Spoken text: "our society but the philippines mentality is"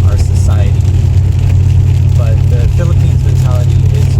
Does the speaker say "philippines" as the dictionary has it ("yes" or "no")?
yes